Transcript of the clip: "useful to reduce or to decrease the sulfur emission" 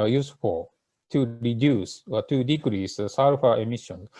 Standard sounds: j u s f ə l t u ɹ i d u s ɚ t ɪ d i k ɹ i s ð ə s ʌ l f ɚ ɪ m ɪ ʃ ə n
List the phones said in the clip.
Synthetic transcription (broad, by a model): j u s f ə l t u ɹ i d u s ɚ t ɪ d i k ɹ i s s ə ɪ f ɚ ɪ m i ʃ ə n